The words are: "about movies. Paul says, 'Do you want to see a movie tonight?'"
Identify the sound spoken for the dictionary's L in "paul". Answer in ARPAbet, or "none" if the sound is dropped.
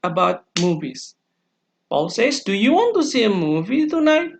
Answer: L